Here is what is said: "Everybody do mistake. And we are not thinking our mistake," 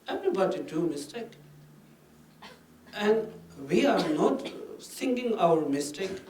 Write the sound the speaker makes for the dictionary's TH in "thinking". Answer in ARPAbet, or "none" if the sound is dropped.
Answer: S